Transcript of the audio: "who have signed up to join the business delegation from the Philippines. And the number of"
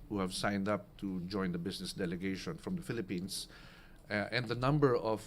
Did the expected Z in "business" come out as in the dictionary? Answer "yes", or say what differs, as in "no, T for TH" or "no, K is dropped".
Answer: no, S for Z